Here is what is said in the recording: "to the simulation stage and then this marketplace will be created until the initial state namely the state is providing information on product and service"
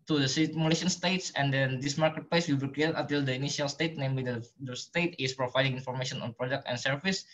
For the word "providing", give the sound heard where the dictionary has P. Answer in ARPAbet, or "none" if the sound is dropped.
P